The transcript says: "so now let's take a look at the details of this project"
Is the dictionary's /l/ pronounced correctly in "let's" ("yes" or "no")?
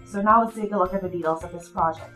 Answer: no